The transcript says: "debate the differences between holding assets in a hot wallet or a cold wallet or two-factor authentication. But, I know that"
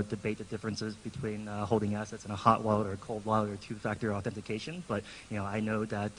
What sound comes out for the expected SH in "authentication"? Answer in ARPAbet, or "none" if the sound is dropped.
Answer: SH